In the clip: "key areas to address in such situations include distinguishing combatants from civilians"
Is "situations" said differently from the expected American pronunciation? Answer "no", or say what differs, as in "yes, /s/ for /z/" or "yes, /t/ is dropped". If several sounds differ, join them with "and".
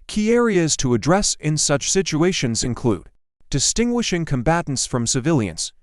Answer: no